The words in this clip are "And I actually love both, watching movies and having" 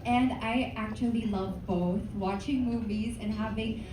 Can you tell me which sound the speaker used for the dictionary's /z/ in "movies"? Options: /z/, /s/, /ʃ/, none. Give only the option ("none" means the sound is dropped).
/z/